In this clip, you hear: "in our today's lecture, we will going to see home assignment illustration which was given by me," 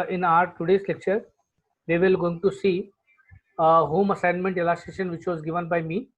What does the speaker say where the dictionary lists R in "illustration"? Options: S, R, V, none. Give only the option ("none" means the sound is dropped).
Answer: none